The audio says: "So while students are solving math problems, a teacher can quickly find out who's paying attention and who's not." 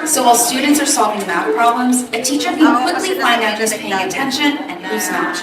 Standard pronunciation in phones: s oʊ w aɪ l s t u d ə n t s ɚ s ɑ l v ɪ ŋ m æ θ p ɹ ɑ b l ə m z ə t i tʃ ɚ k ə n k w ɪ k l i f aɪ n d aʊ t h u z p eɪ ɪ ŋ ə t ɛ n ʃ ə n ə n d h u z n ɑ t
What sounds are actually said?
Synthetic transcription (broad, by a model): s oʊ w aɪ l s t u d n t s ɚ s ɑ l v ɪ ŋ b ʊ t p ɹ ɑ b l ə m z ə t i tʃ ɚ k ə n k w ɪ k l i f aɪ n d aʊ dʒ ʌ s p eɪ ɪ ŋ ə t ɛ n ʃ ə n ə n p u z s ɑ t